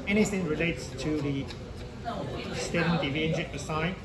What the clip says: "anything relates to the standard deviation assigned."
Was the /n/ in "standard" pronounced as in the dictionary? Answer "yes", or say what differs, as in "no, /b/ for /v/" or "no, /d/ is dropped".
no, /n/ is dropped